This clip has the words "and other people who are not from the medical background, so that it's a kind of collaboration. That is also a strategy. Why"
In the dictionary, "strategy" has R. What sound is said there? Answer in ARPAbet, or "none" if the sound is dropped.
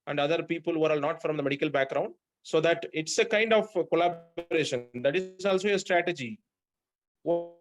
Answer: R